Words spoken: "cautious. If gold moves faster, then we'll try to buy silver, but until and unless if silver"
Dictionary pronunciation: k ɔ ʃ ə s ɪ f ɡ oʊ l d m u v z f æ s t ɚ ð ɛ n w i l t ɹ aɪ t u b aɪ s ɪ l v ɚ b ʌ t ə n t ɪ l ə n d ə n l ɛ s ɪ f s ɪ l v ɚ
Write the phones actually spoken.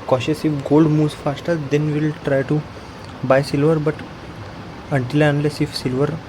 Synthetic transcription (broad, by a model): k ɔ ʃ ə s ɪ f ɡ oʊ l d m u z f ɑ s t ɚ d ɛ n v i l t ɹ aɪ t u b aɪ s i l v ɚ b ʌ t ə n t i l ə ə n l ɛ s ɪ f s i l v ɚ